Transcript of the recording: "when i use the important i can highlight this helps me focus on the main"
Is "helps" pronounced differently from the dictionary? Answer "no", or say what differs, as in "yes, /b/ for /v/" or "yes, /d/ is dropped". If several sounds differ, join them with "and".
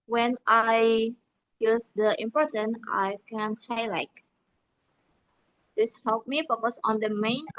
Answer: yes, /s/ is dropped